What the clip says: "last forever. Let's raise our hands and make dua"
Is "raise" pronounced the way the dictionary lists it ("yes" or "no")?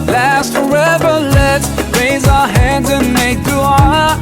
yes